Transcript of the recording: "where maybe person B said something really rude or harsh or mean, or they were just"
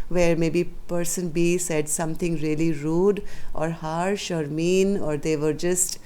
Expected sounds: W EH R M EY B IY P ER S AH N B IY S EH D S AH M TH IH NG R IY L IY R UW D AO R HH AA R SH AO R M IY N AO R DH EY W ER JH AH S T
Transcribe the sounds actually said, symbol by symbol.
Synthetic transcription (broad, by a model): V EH R M EY B IY P ER S AH N B IY S EH D S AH M T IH NG R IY L IY R UW D AO R HH AA R SH AO R M IY N AO R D EY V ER JH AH S T